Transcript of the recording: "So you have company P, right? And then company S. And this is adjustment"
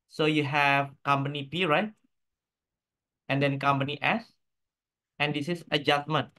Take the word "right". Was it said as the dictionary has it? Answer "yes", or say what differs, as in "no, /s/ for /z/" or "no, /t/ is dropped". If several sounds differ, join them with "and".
yes